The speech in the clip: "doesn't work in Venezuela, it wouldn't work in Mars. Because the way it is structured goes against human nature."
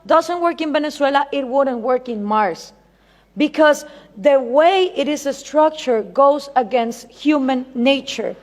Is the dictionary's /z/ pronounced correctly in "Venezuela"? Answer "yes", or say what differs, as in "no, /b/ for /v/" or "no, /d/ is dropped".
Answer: no, /s/ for /z/